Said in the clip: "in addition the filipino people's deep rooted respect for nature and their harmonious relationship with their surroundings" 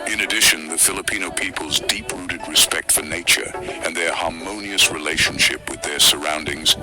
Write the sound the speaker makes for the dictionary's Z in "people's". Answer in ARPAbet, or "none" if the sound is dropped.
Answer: Z